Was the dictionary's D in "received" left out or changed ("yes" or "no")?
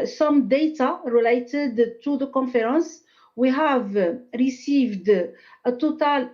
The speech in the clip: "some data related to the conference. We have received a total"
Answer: no